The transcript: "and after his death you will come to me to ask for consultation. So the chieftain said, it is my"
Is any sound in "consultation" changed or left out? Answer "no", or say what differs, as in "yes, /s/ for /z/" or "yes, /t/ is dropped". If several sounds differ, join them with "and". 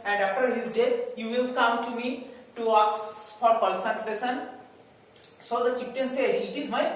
yes, /l/ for /n/ and /n/ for /l/ and /s/ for /ʃ/